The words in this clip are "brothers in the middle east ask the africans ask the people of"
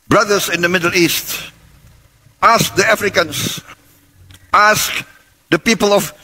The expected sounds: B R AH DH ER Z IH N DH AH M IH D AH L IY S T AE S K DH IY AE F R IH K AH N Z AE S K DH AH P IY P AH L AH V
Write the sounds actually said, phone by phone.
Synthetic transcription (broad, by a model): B R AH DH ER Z IH N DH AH M IH D AH L IY S T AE S K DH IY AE F R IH K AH N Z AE S K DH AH P IY P AH L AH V